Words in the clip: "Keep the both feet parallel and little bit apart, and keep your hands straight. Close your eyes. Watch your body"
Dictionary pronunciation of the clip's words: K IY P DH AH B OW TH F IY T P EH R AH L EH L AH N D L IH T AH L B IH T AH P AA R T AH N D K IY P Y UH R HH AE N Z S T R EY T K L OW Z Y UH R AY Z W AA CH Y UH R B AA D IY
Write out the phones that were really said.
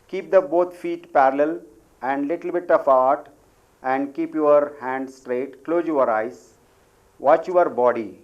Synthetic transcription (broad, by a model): K IY P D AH B OW T F IY T P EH R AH L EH L AH N D L IH T AH L B IH T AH F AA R T AH N D K IY P Y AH R HH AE N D S T R EY T K L OW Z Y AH R AY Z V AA CH Y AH R B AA D IY